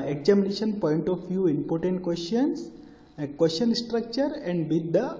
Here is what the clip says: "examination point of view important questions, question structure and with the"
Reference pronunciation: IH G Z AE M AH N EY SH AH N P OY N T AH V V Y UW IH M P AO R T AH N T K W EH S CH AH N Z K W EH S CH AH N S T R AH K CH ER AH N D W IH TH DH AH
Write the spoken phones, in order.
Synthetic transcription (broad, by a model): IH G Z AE M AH N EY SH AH N P OY N T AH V F Y UW IH M P AO R T AH N T K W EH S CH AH N S K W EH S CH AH N S T R AH K CH ER AH N D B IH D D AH